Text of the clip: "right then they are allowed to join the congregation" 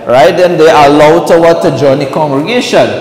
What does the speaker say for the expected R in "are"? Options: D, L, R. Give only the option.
L